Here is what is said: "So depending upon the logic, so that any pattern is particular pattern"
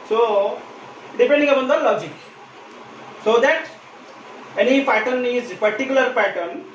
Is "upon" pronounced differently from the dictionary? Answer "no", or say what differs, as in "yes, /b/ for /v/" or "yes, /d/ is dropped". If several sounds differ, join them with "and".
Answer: yes, /b/ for /p/